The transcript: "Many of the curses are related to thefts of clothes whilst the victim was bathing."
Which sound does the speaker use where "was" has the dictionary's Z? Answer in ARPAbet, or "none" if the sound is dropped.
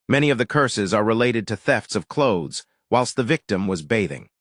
Z